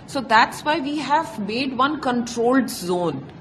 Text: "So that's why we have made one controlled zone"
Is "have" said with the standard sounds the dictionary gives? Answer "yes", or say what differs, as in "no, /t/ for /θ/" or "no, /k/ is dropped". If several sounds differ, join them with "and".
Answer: yes